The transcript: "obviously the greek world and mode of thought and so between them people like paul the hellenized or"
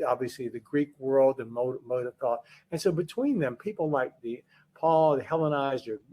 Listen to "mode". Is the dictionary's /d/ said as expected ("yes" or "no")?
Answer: yes